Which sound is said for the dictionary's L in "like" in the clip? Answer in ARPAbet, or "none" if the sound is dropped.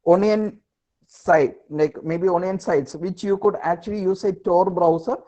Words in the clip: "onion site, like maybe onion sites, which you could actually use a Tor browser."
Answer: N